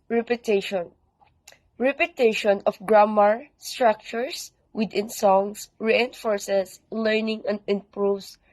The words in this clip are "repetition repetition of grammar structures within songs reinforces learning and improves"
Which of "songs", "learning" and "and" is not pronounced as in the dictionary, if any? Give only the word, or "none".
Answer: songs